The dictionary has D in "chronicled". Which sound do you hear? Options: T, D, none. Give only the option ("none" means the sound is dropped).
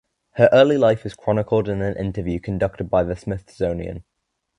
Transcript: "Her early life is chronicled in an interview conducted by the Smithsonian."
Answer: D